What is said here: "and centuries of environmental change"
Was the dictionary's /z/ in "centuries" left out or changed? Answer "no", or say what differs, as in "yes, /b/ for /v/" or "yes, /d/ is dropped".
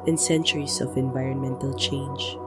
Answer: yes, /s/ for /z/